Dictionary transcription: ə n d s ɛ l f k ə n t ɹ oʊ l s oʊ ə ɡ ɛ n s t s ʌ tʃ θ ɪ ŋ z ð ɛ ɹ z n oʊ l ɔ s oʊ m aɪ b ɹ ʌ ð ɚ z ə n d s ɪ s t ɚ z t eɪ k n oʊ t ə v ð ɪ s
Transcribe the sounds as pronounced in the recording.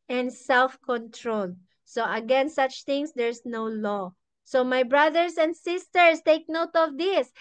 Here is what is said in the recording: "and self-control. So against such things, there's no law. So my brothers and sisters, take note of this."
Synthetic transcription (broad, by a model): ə n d s ɛ l f k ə n t ɹ oʊ l s oʊ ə ɡ ɛ n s s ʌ tʃ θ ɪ ŋ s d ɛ ɹ s n oʊ l ɔ s oʊ m aɪ b ɹ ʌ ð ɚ s ə n d s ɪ s t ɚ s t eɪ k n oʊ t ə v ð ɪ s